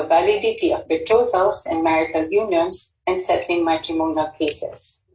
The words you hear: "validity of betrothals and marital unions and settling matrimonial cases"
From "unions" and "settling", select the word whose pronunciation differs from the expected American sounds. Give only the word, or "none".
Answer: unions